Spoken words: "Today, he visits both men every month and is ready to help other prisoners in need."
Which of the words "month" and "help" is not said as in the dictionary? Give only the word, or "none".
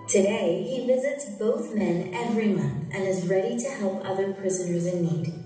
none